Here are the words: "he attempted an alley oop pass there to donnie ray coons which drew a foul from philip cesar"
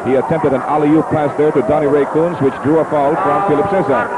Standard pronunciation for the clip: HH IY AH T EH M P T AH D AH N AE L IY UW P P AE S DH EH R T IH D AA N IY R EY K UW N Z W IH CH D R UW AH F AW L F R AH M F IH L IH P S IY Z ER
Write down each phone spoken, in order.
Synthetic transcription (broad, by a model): HH IY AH T EH M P T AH D AH N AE L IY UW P P AE S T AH R T IH D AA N IY R EY K UW N Z W IH CH D R UW AH F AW L F R AH M F IH L IH P S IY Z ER